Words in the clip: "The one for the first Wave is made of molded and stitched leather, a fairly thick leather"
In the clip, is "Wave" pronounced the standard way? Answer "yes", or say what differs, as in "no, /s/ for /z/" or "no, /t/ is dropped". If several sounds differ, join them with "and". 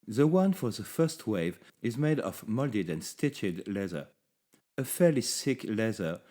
yes